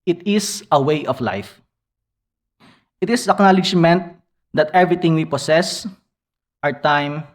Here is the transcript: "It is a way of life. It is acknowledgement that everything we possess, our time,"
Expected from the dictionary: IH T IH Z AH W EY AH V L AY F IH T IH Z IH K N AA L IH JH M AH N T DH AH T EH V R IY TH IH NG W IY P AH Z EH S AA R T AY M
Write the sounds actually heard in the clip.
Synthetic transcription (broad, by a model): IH T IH S AH W EY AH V L AY F IH T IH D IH K N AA L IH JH M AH N T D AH T EH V R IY T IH NG W IY P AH S EH S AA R T AY M